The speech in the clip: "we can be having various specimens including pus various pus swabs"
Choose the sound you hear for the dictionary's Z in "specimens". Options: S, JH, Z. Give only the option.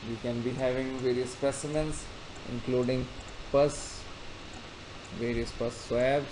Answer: S